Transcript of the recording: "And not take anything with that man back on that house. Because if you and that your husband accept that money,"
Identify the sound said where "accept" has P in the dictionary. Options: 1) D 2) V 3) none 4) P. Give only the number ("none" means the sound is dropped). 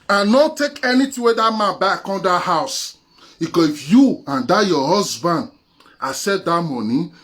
3